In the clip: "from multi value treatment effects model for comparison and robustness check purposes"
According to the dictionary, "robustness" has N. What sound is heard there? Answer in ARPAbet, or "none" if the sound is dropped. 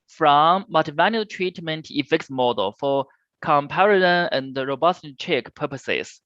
none